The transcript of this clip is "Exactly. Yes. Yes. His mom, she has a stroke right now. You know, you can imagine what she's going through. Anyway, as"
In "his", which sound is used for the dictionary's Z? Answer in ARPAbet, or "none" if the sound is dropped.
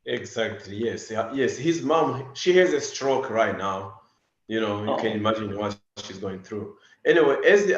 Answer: Z